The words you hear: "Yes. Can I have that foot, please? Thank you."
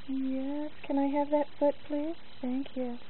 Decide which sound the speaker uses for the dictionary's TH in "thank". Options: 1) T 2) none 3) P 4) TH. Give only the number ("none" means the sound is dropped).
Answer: 4